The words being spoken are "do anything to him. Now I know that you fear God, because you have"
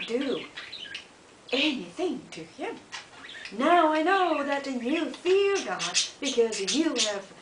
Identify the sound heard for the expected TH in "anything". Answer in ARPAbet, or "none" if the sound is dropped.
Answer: TH